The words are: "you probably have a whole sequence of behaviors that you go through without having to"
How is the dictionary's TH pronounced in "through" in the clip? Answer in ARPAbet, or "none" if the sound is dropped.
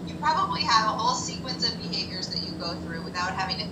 TH